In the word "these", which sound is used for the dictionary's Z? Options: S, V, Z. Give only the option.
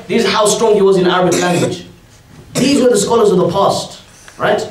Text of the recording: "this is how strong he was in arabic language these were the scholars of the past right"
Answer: Z